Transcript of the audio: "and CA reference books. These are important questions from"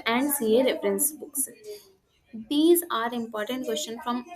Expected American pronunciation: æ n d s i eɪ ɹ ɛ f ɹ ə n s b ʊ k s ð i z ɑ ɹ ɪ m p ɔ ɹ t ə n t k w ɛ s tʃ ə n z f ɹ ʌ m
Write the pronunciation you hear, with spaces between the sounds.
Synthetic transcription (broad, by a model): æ n d s i eɪ ɹ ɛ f ɹ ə n s b ʊ k s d i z ɑ ɹ ɪ m p ɔ ɹ t ə n t k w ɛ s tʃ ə n f ɹ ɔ m